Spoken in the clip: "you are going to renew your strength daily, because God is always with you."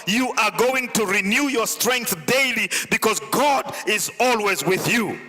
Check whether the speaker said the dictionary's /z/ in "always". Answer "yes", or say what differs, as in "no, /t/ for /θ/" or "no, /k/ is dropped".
yes